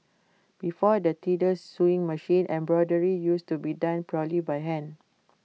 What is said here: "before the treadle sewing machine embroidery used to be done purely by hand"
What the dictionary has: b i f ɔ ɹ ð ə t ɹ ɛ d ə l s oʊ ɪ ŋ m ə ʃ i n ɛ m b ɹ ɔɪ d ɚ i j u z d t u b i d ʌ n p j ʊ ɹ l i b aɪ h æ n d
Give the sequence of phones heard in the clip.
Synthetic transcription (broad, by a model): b i f ɔ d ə t i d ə s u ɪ ŋ m ə ʃ i n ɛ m b ɹ ɔɪ d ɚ i j u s t u b i d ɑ n p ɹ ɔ l i b aɪ h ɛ n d